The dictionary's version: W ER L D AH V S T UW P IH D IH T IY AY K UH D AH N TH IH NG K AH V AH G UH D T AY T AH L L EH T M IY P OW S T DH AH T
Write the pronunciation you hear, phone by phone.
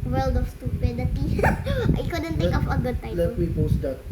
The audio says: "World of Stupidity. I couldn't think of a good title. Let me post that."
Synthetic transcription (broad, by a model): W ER L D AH F S T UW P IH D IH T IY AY K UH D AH N T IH K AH F AH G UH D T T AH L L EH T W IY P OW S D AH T